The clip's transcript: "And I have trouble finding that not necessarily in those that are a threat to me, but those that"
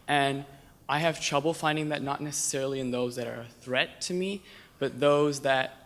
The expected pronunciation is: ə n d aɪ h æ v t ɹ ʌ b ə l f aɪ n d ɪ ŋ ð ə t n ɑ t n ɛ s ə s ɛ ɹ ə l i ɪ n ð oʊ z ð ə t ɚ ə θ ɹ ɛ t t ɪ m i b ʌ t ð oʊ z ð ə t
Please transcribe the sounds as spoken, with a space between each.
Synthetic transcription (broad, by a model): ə n aɪ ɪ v t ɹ ʌ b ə l f aɪ n d ɪ ŋ ð ə t n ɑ t n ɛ s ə s ɛ ɹ l i ɪ n ð oʊ z ð ə t ɚ ə θ ɹ ɛ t t ɪ m i b ʌ t ð oʊ z ð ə t